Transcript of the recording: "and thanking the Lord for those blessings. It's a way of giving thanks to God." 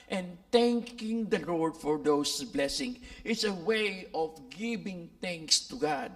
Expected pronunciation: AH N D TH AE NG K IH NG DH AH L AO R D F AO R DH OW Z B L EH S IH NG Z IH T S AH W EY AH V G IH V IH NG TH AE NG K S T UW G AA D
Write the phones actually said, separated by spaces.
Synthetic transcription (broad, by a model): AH N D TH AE NG K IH NG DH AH L AO R D F AO R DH OW S B L EH S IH NG IH T S AH W EY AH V G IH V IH NG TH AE NG K S T UW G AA D